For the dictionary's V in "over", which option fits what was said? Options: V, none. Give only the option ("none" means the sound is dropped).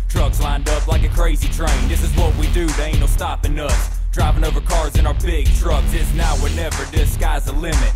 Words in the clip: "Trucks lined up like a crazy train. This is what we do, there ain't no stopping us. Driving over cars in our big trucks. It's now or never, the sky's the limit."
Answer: V